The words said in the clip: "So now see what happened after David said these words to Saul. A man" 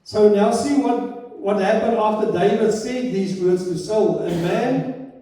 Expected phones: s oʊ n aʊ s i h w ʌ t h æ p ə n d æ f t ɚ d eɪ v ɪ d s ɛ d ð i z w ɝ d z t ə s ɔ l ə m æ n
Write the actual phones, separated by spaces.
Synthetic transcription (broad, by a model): s oʊ n aʊ s i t w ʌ t h æ p ə n d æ f t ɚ d eɪ v ɪ d s ɛ d ð i z w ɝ d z t ə s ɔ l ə m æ n